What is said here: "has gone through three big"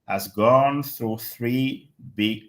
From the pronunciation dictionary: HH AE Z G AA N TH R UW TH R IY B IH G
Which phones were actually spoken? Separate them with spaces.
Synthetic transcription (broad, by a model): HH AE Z G AA N TH R UW TH R IY B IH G